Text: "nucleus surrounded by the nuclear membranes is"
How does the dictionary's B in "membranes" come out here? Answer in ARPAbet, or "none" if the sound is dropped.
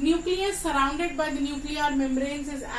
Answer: none